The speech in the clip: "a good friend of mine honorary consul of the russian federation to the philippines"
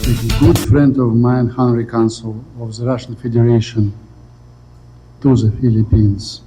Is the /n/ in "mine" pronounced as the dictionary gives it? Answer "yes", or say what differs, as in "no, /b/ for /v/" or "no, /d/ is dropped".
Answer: no, /n/ is dropped